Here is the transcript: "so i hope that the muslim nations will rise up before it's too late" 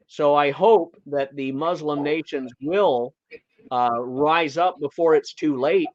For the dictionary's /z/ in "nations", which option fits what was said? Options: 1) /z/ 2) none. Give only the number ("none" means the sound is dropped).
1